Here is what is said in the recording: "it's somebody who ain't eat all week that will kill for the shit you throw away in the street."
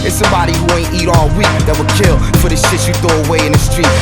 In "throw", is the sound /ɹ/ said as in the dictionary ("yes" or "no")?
no